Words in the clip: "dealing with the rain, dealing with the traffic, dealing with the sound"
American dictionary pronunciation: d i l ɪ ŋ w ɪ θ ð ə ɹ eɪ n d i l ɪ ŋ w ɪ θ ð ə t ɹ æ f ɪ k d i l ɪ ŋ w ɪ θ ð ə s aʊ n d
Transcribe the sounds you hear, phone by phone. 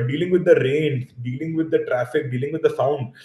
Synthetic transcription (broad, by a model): d i l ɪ ŋ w ɪ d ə ɹ eɪ n d i l ɪ ŋ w ɪ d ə t ɹ æ f ɪ k d i l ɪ ŋ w ɪ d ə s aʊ n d